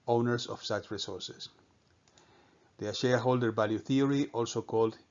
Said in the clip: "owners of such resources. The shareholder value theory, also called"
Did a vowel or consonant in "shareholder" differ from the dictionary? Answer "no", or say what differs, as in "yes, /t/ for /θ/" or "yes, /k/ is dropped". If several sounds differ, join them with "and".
no